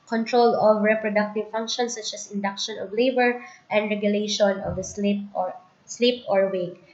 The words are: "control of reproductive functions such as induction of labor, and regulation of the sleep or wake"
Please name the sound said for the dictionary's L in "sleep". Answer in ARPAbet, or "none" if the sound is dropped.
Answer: L